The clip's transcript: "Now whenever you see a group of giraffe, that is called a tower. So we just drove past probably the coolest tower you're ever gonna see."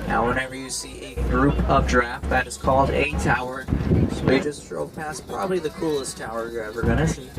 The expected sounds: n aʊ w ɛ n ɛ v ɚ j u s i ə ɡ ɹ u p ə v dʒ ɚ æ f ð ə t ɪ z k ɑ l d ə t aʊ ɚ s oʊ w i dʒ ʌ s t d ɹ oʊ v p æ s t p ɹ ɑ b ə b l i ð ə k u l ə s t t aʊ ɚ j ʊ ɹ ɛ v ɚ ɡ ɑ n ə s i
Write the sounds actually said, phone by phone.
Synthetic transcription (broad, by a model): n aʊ w ɛ n ɛ v ɚ j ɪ s i ə ɡ ɹ u p ə v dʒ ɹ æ f ð ə t ɪ z k ɑ l d ə t aʊ ɚ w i dʒ ʌ s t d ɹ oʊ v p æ s p ɹ ɑ b ə b l i ð ə k u l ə s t t aʊ ɚ j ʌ ɹ ɛ v ɚ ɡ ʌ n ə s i